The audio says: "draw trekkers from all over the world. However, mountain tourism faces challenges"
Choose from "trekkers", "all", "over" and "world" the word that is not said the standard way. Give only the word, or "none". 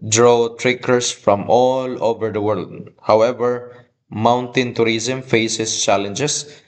trekkers